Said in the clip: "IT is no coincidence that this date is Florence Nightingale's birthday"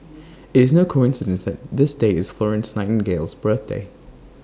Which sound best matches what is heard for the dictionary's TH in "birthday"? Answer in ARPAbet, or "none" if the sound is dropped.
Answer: TH